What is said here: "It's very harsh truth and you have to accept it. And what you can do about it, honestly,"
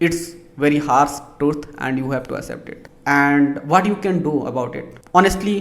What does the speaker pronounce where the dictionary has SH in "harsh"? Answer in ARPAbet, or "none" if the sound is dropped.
S